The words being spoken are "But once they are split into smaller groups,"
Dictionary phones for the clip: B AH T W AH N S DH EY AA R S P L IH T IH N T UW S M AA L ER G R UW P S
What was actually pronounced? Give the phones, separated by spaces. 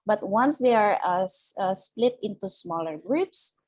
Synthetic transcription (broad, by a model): B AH T W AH N S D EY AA R S P L IH T IH N T UW S M AA L ER G R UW P S